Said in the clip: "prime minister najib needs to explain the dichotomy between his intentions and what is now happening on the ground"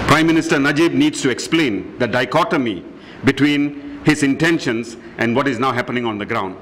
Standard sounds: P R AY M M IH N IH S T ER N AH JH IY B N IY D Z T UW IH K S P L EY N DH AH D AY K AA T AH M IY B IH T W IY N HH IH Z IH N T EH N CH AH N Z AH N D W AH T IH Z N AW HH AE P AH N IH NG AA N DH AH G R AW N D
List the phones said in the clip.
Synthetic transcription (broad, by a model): P R AY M M IH N IH S T ER N AH JH IY B N IY D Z T UW IH K S P L EY N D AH D AY K AA T AH M IY B IH T W IY N HH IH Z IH N T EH N SH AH N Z AH N D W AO T IH Z N AW HH AE P AH N IH NG AA N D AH G R AW N D